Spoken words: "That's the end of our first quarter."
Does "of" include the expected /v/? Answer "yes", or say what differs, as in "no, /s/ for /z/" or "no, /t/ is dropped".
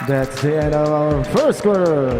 yes